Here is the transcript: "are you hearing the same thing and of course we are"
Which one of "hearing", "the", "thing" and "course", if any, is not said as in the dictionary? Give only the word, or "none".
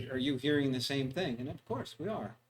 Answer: none